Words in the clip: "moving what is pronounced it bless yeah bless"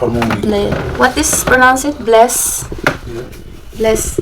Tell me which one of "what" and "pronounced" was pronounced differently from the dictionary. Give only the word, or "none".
pronounced